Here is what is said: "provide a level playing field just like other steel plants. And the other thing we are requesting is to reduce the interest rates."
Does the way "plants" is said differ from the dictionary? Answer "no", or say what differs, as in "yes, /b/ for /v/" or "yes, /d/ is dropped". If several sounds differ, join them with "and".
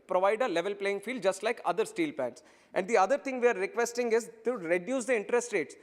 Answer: yes, /l/ is dropped